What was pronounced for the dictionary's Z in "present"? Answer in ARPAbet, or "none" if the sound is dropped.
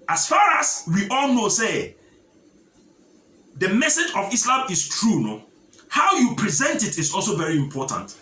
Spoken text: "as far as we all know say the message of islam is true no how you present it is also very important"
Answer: Z